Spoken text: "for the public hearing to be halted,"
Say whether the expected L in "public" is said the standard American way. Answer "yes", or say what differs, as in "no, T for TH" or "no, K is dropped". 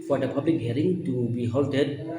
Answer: yes